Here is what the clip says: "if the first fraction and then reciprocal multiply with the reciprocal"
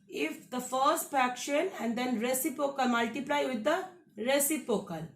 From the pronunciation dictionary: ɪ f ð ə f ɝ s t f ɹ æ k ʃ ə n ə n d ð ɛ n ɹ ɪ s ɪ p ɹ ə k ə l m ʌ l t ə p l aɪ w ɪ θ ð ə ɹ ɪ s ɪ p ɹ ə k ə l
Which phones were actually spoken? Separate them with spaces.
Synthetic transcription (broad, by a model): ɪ f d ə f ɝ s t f æ k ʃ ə n ə n d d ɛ n ɹ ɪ s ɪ p ə k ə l m ʌ l t ə p l aɪ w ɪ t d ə ɹ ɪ s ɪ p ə k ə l